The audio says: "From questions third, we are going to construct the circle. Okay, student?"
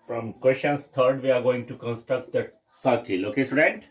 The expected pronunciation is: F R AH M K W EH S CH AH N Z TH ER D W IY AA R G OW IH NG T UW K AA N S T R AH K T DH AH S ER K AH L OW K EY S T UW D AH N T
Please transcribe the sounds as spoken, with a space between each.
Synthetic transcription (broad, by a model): F R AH M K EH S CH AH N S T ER D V IY AA R G OW IH NG T UW K AA N S T R AH K T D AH S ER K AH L OW K EY S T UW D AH N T